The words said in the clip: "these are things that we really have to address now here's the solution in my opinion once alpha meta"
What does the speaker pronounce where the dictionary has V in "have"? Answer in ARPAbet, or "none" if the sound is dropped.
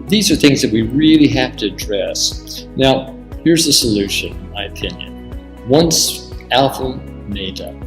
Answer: F